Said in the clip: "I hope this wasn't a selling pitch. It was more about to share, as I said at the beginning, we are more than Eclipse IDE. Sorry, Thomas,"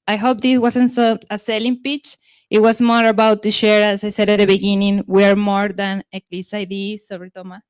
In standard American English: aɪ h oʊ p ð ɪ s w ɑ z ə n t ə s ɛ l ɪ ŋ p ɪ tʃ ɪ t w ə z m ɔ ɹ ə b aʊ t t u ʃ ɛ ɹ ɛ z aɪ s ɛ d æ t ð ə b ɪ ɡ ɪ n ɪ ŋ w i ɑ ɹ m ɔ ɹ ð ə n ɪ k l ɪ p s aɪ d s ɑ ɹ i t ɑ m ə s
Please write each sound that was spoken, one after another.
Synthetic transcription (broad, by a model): aɪ h oʊ p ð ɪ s w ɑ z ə n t ə s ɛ l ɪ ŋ p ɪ tʃ ɪ t w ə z m ɔ ɹ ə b aʊ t t u ʃ ɛ ɹ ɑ s aɪ s ɛ d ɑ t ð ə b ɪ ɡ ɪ n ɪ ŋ w i ɑ ɹ m ɔ ɹ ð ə n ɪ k l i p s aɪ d s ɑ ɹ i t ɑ m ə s